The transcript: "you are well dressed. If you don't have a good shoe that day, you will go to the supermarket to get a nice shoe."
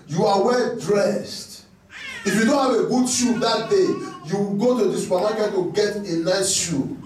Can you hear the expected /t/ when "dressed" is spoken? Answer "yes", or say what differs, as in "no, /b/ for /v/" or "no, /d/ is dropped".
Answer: yes